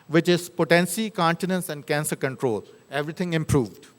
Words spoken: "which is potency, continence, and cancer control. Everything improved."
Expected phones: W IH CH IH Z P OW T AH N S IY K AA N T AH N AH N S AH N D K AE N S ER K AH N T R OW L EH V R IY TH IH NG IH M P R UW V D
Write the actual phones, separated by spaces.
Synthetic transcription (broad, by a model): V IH CH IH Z P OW T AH N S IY K AA N T AH N AH N S AH N D K AE N S ER K AH N T R OW L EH V R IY T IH NG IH M P R UW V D